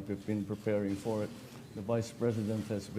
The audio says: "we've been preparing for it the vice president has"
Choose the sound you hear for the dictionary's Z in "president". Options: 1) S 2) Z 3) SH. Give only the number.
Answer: 2